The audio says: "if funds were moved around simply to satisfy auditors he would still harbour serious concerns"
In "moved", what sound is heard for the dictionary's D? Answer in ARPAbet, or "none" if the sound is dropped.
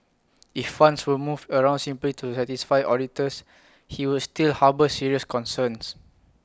none